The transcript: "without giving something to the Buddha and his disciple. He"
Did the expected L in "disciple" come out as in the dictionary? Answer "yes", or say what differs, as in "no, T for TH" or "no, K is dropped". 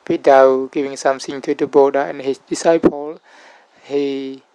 yes